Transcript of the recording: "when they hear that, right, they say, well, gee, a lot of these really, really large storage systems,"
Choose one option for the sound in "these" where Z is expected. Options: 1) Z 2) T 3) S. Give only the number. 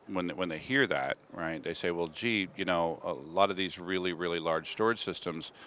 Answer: 1